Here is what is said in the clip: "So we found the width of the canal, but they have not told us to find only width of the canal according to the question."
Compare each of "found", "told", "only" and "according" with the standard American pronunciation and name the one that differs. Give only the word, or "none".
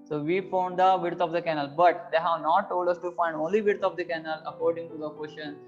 none